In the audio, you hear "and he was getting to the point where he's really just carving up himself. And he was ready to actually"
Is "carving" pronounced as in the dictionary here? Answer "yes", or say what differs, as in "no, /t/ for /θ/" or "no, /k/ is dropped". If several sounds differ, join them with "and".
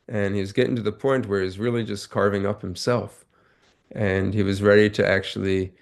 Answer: yes